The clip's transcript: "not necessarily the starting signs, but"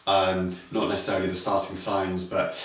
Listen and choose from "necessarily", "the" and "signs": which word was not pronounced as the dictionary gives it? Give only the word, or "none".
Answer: none